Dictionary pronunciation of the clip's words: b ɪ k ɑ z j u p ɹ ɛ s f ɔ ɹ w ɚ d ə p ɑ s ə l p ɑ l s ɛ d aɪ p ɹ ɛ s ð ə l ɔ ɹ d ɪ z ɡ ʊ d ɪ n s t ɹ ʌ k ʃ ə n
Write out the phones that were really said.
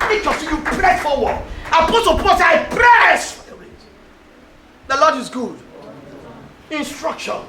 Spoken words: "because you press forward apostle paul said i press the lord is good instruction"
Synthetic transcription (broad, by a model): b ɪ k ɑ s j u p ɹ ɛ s f ɔ w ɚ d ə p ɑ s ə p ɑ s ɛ aɪ p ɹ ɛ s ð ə l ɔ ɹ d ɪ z ɡ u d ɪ n s t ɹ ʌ k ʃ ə n